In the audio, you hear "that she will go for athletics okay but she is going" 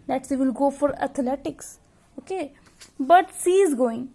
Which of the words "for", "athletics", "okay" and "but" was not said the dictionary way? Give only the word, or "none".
athletics